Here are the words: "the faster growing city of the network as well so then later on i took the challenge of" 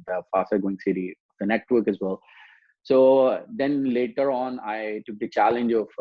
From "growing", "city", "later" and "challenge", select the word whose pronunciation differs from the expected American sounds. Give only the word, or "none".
growing